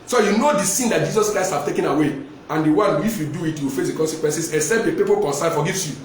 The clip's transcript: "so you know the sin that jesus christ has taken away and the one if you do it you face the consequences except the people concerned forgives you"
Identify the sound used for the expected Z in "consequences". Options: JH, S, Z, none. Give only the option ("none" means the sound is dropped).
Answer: S